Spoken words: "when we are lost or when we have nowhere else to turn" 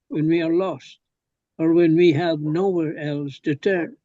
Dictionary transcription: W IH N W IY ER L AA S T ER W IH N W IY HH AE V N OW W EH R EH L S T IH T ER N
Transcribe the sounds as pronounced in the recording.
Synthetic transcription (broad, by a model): W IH N W IY ER L AA S T ER W IH N W IY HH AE V N OW W EH R EH L S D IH T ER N